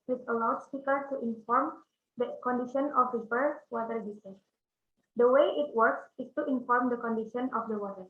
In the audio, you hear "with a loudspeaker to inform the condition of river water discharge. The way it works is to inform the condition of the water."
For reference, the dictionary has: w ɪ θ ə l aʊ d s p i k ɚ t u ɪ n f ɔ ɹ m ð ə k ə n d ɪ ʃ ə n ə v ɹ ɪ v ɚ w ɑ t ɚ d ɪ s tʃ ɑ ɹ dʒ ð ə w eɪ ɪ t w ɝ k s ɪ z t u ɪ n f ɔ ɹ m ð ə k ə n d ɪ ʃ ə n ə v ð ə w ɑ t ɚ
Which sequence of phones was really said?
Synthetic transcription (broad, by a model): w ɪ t ə l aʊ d s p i k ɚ t u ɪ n f ɔ ɹ m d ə k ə n d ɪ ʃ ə n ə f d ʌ b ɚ w ɑ t ɚ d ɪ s ɛ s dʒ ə w eɪ ɪ t w ɝ k s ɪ s t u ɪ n f ɔ ɹ m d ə k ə n d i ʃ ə n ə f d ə w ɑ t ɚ